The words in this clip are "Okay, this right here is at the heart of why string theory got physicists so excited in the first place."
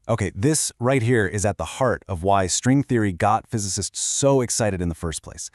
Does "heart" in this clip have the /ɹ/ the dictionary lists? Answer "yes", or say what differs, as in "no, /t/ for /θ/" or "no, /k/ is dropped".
yes